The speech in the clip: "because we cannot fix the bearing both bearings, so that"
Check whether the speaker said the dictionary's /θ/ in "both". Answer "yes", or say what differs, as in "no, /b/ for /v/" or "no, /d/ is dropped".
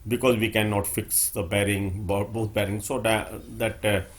no, /t/ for /θ/